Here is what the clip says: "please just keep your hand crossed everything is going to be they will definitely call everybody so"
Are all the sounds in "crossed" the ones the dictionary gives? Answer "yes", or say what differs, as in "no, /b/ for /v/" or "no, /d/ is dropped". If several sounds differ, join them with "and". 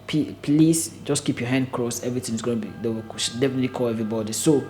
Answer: no, /t/ is dropped